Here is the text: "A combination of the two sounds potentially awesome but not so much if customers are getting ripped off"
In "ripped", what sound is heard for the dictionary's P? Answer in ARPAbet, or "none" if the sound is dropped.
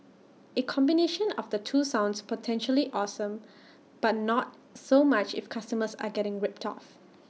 P